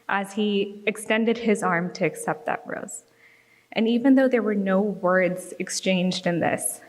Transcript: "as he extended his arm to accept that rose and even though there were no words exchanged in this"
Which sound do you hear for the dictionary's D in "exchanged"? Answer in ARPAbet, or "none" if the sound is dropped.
D